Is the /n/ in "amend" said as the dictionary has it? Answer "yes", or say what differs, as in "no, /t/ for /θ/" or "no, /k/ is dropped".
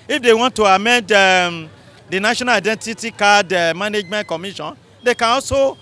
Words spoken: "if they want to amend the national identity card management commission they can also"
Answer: yes